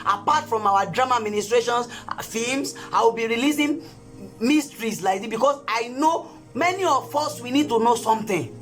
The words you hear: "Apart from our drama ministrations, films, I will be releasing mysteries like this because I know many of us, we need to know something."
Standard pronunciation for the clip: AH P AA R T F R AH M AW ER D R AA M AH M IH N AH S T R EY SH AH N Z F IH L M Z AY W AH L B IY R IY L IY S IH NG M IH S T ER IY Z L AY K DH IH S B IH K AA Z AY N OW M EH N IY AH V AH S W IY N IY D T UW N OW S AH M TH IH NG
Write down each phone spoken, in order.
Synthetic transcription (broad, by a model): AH P AA T F R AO M AW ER D R AA M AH M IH N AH S T R EY SH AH N S F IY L M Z AY W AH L B IY R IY L IY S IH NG M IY S T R IY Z L AY K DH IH B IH K AA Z AY N OW M EH N IY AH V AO S W IY N IY D T UW N OW S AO M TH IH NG